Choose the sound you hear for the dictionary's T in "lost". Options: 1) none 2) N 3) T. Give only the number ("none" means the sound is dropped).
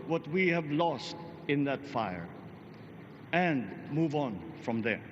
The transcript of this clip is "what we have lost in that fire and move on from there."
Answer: 3